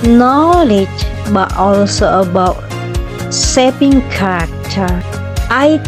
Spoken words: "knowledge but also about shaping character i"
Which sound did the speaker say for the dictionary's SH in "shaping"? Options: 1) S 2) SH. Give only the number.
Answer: 1